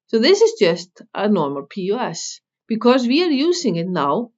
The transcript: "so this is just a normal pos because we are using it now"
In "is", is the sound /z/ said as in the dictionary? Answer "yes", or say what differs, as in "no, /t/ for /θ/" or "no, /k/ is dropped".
yes